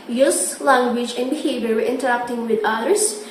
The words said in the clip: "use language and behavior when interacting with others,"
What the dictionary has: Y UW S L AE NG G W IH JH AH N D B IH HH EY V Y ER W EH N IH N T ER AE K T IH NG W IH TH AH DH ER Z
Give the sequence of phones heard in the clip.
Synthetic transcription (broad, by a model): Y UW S L AE NG G W IH JH AH N D B IH HH EY V Y ER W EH IH N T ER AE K T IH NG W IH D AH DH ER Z